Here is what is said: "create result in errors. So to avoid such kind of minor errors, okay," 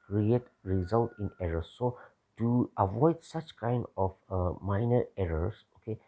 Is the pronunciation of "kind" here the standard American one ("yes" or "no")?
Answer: yes